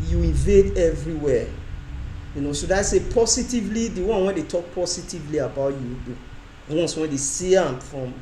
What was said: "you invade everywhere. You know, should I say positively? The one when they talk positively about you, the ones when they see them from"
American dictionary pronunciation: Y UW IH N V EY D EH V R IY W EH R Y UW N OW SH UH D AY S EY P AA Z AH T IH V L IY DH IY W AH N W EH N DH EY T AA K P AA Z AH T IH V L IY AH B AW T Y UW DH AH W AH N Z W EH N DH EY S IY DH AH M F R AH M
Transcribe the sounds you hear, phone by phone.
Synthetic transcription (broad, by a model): Y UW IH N V EY D EH V R IY W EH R Y UW N OW S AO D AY S EY P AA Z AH T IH V L IY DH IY W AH N W EH N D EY T AA K P AA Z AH T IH V L IY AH B AW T Y UW W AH N S W EH N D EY S IY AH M F R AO M